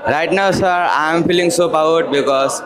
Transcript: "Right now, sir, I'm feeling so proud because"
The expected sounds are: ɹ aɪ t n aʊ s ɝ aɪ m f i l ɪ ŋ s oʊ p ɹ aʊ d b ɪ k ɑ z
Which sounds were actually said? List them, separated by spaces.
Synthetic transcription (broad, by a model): ɹ aɪ t n aʊ s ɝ aɪ m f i l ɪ ŋ s oʊ p aʊ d b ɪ k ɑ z